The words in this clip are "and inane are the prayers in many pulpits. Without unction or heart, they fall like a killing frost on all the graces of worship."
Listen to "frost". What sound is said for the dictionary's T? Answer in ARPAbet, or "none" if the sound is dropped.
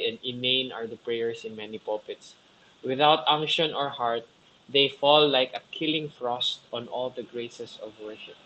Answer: T